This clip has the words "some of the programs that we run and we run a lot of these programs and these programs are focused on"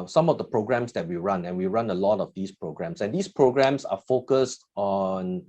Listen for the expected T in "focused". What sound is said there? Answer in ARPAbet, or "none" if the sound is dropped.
T